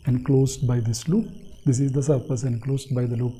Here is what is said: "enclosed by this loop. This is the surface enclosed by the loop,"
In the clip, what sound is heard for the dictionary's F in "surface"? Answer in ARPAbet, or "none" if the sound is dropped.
P